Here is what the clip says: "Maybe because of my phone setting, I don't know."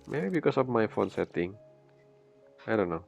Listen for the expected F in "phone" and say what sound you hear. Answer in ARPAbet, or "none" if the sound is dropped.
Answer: F